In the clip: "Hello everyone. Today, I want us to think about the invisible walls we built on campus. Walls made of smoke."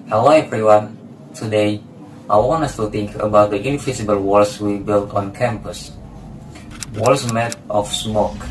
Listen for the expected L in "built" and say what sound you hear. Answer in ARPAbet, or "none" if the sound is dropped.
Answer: L